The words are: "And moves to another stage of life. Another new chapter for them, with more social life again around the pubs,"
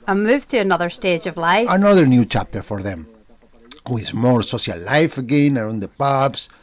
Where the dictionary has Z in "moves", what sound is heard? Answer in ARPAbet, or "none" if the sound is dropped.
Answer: none